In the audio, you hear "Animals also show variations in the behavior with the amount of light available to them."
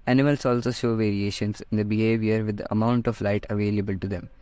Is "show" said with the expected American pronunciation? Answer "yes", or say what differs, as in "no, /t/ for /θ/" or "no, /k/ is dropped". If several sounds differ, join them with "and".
yes